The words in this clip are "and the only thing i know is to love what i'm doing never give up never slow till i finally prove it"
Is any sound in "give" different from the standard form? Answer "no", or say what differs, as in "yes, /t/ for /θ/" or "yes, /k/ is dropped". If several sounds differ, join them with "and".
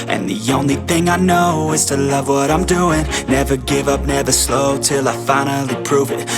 no